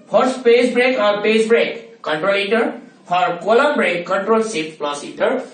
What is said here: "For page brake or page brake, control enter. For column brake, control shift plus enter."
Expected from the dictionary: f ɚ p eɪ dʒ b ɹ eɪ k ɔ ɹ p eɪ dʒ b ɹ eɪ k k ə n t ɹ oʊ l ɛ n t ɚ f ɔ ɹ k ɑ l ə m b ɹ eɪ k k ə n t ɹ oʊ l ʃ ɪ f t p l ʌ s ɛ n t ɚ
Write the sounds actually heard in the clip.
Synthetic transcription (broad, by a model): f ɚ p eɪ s b ɹ eɪ k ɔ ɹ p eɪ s b ɹ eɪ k k ə n t ɹ oʊ l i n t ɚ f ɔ ɹ k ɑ l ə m b ɹ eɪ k k ə n t ɹ oʊ l s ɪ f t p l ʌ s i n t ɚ